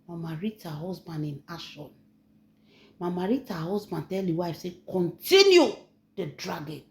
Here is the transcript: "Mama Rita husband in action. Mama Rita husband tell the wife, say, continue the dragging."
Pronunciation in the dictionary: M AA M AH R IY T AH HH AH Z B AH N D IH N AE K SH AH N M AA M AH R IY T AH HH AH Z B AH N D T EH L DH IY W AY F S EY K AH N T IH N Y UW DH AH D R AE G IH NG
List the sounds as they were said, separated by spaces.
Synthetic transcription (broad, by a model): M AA M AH R IY T AH HH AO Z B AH N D IH N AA SH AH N M AA M AH R IY T AH HH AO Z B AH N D T EH L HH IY W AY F S EY K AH N T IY N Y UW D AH D R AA G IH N